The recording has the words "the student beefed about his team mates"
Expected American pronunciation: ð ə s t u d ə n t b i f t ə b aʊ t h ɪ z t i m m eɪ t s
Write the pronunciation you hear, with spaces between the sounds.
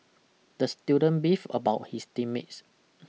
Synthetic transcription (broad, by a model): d ə s t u d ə n b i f ə b aʊ t h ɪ s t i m m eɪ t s